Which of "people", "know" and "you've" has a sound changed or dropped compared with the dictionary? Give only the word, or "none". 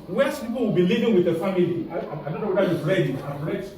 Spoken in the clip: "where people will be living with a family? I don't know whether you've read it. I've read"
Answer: you've